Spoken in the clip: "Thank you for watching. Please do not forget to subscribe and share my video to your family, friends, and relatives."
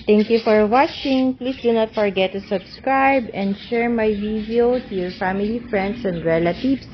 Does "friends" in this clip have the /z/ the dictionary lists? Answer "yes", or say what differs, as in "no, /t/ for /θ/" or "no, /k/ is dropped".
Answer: no, /s/ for /z/